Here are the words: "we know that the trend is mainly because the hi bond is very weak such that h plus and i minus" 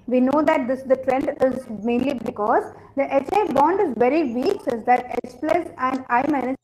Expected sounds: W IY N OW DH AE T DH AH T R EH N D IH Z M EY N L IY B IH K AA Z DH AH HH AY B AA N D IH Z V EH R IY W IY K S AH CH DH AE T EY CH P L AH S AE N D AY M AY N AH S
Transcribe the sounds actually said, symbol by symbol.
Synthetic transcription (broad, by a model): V IY N OW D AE T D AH T R EH N D IH Z M EY N L IY B IH K AA Z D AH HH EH B AA N D IH Z V EH R IY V IY K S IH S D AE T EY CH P L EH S AE N D AY M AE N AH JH